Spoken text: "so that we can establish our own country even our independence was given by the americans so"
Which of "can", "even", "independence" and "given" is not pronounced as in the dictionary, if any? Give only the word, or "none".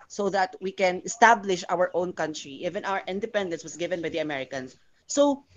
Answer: none